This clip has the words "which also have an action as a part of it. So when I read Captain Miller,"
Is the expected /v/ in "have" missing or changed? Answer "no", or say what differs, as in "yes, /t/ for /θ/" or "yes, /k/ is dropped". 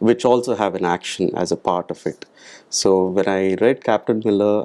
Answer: no